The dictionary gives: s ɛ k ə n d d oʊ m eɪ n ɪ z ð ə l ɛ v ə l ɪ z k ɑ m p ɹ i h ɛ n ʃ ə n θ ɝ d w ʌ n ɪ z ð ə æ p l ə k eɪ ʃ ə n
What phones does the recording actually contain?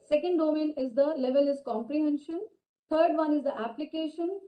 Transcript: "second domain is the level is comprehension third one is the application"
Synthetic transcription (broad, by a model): s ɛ k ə n d d oʊ m eɪ n ɪ z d ə l ɛ v ə l ɪ z k ɑ m p ɹ i h ɛ n ʃ ə n t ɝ d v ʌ n ɪ z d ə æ p l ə k eɪ ʃ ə n